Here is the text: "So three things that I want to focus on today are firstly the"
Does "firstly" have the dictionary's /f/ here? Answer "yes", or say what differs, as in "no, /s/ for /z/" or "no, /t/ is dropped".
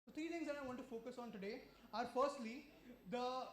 yes